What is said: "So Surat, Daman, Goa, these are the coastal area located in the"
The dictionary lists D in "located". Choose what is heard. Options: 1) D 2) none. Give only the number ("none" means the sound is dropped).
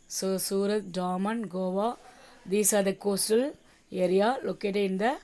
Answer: 2